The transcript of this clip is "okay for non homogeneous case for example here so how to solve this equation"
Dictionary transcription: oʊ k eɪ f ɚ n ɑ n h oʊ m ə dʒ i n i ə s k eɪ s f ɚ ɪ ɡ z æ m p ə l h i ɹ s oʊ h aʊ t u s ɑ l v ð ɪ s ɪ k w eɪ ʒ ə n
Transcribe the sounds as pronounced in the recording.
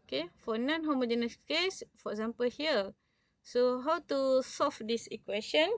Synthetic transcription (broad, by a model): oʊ k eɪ f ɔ n ɑ n h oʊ m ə dʒ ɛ n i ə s k eɪ s f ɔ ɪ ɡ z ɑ m p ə l h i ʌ s oʊ h aʊ t u s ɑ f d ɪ s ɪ k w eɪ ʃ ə n